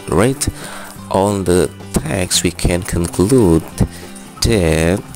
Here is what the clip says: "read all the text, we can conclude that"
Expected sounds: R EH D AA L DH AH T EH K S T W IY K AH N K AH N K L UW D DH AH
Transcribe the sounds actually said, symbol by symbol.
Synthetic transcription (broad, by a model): R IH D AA N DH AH T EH K S W IY K AH N K AH N K L UW D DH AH